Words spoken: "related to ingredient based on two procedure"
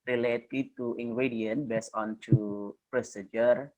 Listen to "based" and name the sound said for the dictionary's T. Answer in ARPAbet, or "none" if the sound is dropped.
none